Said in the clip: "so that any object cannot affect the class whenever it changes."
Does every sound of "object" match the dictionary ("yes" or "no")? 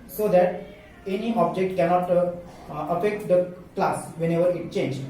yes